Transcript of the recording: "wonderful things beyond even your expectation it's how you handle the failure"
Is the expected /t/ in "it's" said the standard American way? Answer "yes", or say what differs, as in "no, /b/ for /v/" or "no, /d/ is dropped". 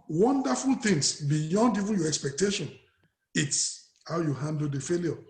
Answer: yes